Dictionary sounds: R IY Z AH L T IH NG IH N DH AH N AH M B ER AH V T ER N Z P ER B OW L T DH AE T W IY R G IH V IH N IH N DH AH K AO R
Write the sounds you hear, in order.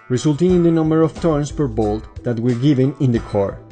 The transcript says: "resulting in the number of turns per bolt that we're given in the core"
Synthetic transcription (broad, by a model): R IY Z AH L T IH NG IH N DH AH N AH M B ER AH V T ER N S P ER B OW L T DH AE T W IY R G IH V IH N IH N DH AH K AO R